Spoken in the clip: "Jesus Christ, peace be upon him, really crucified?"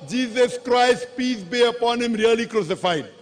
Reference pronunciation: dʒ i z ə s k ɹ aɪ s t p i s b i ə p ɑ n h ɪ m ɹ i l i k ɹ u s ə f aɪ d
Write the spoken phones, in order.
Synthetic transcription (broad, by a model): dʒ i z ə s k ɹ aɪ s t p i s b i ə p ɑ n h ɪ m ɹ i l i k ɹ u s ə f aɪ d